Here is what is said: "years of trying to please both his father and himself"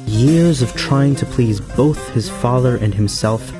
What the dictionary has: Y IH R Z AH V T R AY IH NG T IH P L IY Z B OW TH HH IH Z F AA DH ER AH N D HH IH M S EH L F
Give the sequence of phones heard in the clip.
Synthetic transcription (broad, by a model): Y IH R Z AH V T R AY IH NG T IH P L IY Z B OW TH HH IH Z F AA DH ER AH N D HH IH M S EH L F